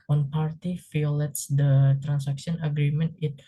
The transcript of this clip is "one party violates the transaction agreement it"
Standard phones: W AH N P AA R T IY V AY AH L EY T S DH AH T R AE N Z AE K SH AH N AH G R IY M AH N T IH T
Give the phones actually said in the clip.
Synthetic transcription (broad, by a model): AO N P AA R T IY F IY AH L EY T S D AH T R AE N S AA K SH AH N AH G R IY M AH N T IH T